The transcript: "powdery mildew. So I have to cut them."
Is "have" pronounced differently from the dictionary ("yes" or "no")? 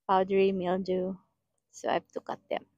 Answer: yes